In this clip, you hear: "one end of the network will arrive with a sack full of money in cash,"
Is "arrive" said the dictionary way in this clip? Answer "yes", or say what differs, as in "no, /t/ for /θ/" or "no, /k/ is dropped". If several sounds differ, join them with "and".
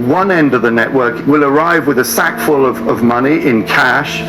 yes